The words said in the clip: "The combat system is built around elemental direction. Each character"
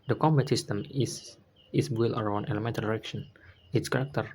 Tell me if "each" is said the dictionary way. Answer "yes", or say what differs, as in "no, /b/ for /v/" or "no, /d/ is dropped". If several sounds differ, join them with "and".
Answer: no, /s/ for /tʃ/